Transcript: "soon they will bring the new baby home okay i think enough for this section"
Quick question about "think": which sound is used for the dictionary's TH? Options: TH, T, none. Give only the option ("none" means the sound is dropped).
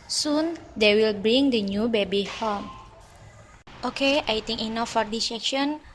T